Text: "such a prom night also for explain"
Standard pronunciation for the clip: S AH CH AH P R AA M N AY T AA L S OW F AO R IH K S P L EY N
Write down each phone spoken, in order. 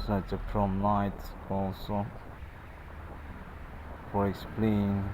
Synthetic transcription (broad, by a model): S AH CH AH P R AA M L AY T AA L S OW F AO R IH K S P L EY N